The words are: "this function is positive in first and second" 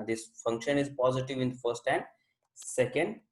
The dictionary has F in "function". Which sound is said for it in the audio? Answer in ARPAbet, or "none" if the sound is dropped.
F